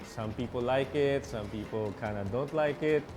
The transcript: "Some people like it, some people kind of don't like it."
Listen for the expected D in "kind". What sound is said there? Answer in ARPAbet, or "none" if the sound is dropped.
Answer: none